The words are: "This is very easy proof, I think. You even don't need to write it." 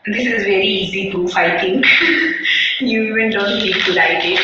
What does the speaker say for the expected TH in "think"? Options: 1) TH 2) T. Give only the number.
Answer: 2